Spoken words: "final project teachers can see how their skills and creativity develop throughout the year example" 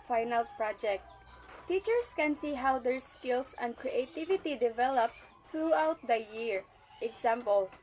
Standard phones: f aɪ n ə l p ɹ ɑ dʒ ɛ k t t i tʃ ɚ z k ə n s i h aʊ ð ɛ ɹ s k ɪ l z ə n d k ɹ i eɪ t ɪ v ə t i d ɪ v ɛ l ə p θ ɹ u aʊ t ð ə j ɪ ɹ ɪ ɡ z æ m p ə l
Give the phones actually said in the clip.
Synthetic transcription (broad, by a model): f aɪ n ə l p ɹ ɑ dʒ ɛ k t t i tʃ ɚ s k ə n s i h aʊ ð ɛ ɹ s k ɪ l s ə n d k ɹ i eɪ t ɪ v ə t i d ɪ v ɛ l ə p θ ɹ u aʊ t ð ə j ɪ ɹ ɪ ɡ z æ m p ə l